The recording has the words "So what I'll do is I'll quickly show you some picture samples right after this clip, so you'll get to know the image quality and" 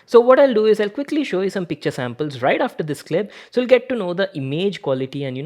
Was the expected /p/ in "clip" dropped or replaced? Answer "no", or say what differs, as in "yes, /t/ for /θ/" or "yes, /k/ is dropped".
yes, /b/ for /p/